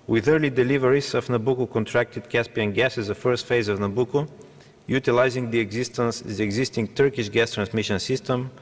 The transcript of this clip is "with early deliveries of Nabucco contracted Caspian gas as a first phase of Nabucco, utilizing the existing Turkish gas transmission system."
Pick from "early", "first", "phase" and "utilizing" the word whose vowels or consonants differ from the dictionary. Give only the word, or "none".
none